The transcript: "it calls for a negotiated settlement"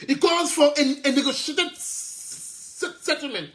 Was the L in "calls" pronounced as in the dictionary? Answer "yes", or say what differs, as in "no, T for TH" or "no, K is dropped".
no, L is dropped